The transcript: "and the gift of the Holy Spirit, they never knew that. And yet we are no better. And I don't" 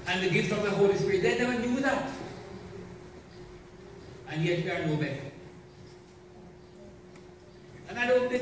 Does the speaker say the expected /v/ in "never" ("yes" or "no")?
no